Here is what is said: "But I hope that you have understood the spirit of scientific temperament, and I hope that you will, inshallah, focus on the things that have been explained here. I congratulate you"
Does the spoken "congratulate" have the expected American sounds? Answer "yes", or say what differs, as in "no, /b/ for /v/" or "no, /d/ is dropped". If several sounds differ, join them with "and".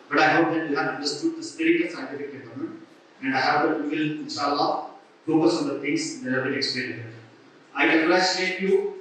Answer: no, /tʃ/ is dropped